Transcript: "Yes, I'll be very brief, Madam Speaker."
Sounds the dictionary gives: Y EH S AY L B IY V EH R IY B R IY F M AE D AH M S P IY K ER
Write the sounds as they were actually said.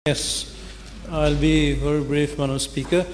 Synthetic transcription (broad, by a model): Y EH S AY L B IY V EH R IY B R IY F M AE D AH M S P IY K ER